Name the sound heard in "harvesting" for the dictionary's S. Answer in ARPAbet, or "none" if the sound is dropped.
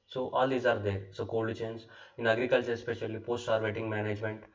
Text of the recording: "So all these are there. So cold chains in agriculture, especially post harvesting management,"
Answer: none